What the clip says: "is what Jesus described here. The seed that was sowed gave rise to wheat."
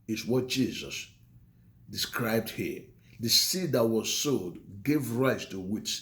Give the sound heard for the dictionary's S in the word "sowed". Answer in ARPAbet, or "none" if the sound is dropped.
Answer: S